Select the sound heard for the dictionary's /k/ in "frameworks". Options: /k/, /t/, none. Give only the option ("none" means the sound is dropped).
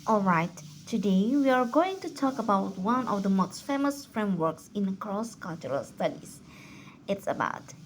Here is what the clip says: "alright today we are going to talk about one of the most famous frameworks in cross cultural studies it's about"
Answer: /k/